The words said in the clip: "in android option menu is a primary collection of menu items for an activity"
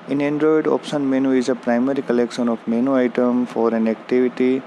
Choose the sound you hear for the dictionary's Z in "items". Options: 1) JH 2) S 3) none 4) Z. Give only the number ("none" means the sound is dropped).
3